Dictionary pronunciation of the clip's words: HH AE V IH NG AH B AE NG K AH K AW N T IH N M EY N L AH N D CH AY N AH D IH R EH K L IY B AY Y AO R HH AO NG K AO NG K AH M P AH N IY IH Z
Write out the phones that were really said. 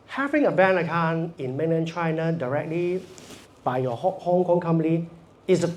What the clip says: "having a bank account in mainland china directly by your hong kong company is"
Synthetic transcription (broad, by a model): HH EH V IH NG AH B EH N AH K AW N IH N M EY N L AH N CH AY N AH D IH R EH K L IY B AY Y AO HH HH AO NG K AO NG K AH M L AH IY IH